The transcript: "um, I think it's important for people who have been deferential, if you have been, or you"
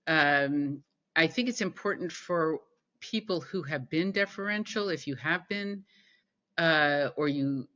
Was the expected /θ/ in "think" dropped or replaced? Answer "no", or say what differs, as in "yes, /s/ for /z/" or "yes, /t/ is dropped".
no